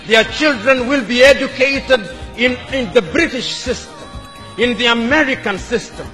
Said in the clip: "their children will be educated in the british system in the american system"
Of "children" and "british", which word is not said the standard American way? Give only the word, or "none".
none